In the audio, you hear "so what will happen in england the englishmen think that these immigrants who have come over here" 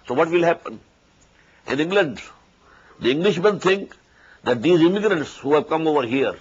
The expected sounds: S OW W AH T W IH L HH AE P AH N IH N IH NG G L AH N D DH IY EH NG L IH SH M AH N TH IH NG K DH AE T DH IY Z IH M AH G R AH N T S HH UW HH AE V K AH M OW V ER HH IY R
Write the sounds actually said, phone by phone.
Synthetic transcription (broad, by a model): S OW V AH T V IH L HH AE P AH N IH N IH NG G L AH N D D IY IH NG L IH SH M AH N T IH NG K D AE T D IY Z IH M AH G R AH N T S HH UW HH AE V K AH M OW V ER HH IY R